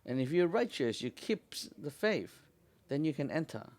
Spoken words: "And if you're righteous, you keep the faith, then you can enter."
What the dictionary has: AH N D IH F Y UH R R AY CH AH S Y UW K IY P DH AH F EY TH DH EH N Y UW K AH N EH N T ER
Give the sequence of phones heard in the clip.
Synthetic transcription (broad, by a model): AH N IH F Y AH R R AY CH AH S Y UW K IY P DH AH F EY F DH EH N Y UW K AH N EH N T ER